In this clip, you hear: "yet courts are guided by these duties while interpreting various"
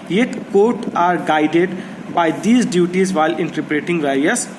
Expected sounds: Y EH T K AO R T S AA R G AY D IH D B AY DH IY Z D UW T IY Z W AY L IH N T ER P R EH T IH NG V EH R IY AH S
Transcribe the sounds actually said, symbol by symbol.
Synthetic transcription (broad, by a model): Y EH T K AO R T AA R G AY D IH D B AY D IY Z D UW T IY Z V AY L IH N T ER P R EH T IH NG V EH R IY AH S